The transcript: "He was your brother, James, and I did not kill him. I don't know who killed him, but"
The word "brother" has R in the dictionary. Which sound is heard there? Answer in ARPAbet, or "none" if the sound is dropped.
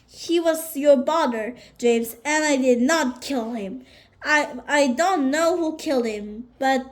none